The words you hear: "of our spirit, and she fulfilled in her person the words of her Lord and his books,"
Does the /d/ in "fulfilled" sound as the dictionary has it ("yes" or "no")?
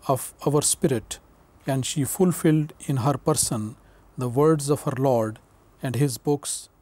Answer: yes